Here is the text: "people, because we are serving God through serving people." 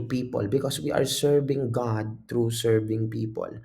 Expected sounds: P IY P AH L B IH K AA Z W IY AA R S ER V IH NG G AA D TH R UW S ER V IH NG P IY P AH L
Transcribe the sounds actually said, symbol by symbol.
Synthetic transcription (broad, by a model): P IY P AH L B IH K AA S W IY AA R S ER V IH NG G AA D T R UW S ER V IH NG P IY P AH L